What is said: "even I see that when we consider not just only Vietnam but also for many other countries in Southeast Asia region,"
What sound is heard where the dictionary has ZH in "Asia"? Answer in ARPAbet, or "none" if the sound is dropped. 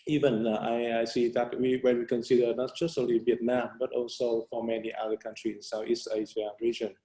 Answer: S